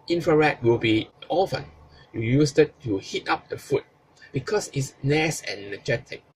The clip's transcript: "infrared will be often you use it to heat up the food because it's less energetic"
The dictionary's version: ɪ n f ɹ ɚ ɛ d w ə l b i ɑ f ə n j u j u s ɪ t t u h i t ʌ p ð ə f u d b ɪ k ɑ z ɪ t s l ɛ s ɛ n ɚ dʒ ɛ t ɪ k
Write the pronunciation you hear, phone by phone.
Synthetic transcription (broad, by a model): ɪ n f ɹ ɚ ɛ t w ə l b i ɑ f ə n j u j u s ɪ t t u h i t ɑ p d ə f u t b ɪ k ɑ s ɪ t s n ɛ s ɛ n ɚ dʒ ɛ t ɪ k